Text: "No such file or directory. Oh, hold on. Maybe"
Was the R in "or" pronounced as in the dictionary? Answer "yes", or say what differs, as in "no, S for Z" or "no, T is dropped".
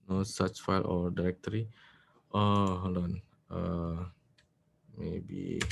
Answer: yes